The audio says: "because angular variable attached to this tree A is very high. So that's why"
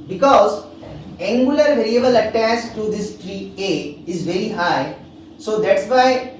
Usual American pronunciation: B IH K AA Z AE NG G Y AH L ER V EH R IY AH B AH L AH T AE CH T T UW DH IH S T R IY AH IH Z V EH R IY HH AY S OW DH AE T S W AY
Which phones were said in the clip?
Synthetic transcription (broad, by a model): B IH K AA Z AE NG G Y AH L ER V EH R IY AH B AH L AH T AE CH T T UW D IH S T R IY AH IH Z V EH R IY HH AY S OW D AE T S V AY